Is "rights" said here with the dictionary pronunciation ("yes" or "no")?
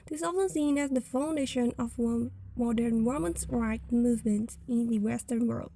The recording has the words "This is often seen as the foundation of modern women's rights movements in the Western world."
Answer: no